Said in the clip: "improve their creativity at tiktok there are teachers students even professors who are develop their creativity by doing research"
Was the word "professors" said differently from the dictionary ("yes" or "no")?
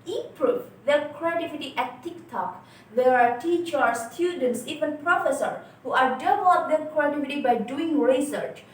yes